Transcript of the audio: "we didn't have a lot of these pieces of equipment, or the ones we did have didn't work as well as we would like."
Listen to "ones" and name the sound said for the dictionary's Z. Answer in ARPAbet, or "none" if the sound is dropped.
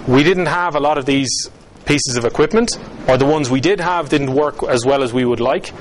Z